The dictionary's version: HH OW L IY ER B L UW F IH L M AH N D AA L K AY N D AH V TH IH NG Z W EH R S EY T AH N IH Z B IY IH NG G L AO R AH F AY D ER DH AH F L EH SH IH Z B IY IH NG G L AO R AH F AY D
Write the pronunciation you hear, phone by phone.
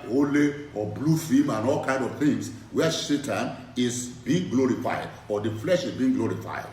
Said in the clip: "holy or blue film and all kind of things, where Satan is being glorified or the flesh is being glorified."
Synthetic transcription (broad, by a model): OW L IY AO B L UW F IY M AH N AA L K AY N D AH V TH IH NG S W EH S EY T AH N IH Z B IY IH NG G L AO R AH F AY D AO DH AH F L EH SH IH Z B IY IH NG G L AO R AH F AY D